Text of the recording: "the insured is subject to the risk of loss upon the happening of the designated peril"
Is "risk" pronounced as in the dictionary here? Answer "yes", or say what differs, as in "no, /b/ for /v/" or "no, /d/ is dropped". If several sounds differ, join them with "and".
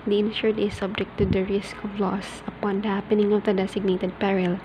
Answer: yes